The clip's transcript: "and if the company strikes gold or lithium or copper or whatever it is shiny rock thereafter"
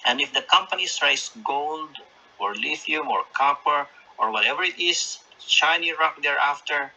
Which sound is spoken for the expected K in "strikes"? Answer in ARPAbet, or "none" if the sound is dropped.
none